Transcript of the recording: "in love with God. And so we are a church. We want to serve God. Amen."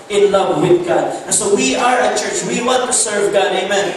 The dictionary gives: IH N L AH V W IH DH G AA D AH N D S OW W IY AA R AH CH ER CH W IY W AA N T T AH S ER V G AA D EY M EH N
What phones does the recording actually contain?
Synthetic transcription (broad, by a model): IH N L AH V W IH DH G AA D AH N S OW W IY AA R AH CH ER CH W IY W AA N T T AH S ER V G AA D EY M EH N